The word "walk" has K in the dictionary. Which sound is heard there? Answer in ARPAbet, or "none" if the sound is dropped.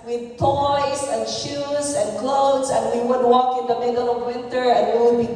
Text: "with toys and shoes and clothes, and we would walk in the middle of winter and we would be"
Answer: K